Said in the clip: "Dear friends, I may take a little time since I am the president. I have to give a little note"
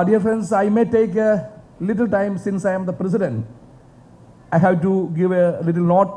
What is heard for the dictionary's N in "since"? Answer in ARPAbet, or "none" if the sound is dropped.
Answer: N